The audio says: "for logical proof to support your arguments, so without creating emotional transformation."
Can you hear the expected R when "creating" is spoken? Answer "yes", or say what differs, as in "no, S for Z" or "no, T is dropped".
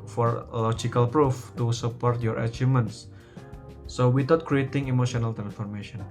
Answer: yes